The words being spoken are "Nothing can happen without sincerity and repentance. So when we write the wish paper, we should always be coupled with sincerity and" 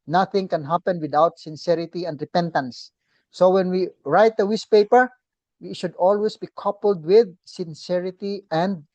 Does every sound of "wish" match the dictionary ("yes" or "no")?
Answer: no